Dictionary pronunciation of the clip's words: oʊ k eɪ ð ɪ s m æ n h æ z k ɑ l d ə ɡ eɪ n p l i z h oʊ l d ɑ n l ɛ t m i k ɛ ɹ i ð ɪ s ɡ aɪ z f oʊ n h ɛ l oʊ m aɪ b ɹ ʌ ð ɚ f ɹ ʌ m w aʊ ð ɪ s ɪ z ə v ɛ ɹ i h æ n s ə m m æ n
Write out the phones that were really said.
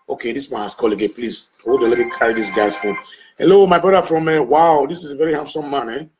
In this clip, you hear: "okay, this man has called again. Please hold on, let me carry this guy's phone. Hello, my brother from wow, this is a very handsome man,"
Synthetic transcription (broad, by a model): oʊ k eɪ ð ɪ s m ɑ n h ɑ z k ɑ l ə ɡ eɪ p l i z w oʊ d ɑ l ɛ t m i k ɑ ɹ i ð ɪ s ɡ aɪ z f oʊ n h ɛ l oʊ m aɪ b ɹ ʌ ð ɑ f ɹ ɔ m w aʊ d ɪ s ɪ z ə v ɛ ɹ i h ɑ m s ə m m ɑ n